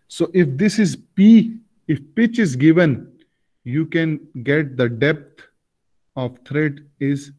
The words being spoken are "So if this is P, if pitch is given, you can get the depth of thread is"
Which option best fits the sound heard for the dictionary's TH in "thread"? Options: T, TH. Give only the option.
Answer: T